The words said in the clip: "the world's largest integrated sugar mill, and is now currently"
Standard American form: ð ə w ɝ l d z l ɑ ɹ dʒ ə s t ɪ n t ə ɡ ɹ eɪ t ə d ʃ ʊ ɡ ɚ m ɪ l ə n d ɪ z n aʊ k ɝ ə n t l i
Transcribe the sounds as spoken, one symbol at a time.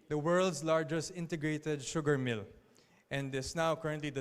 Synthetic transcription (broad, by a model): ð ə w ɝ l d s l ɑ ɹ dʒ ə s t ɪ n t ə ɡ ɹ eɪ t ə d ʃ ʊ ɡ ɚ m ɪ l ə n d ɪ s n aʊ k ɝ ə n t l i